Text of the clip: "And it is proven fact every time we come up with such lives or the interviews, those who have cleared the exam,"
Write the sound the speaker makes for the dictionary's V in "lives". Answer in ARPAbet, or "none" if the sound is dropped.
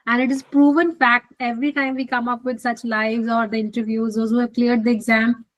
V